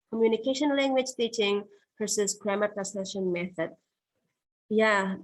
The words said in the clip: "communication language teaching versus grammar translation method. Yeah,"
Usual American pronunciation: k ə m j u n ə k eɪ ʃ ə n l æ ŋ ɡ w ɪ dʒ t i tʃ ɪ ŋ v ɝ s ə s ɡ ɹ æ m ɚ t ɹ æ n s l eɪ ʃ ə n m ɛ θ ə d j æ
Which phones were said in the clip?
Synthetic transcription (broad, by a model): k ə m j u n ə k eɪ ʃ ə n l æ ŋ ɡ w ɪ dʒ t i tʃ ɪ ŋ p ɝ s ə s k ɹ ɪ m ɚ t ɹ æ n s eɪ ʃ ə n m ɛ θ ə d j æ